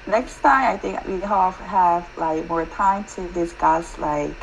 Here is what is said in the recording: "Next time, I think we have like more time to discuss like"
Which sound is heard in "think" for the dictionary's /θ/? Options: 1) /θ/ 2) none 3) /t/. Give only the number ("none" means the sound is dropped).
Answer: 1